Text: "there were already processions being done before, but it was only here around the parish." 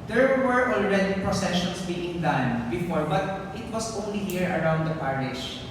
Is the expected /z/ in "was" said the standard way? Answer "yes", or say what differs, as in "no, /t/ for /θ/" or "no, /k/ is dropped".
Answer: no, /s/ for /z/